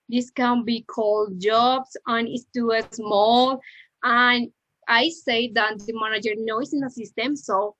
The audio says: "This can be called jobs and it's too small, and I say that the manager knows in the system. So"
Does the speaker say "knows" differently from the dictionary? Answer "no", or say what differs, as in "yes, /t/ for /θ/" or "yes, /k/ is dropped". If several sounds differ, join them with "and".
yes, /s/ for /z/